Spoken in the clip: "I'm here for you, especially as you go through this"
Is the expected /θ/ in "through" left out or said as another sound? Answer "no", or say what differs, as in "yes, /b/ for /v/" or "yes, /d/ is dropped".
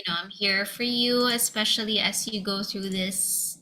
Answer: no